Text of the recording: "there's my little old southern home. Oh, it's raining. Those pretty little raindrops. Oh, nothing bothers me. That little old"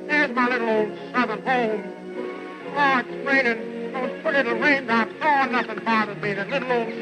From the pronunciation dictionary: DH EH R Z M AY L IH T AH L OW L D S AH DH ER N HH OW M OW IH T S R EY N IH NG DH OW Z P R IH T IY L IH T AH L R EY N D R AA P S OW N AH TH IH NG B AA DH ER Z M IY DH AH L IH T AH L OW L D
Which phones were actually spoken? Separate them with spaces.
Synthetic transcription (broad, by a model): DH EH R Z M AY L IH T L OW L D S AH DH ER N HH OW M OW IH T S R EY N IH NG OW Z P UH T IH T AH R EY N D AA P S OW N AH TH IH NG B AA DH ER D M IY DH AH L IH T L OW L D